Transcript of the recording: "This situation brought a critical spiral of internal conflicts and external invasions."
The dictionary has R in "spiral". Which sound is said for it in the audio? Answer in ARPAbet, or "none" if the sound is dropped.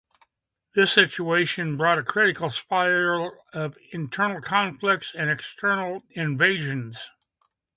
none